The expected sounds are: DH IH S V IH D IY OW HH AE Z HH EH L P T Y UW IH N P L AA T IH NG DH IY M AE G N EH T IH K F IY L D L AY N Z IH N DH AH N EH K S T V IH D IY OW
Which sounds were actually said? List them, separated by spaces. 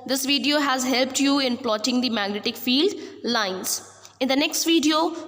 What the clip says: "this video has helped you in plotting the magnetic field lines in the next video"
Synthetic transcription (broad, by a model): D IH S V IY D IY OW HH AE Z HH EH L P T Y UW IH N P L AA T IH NG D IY M AE G N EH T IH K F IY L D L AY N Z IH N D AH N EH K S T V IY D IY OW